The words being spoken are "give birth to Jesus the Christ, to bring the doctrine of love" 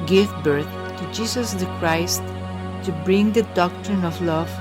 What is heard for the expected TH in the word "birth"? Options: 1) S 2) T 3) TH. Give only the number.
2